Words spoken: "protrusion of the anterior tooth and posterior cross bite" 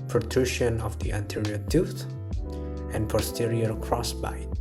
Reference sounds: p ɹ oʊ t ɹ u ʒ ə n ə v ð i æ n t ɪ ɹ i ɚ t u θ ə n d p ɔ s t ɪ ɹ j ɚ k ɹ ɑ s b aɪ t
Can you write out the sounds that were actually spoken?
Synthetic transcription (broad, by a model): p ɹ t ɹ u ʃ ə n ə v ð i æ n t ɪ ɹ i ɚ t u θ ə n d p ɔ s t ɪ ɹ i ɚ k ɹ ɑ s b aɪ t